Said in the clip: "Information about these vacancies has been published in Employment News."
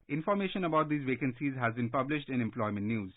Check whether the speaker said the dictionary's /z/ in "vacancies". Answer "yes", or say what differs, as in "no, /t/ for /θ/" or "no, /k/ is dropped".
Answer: yes